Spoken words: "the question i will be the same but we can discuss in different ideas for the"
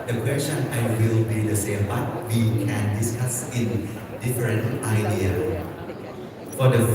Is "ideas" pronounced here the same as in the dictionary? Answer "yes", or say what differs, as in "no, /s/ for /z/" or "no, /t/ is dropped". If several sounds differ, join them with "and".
no, /z/ is dropped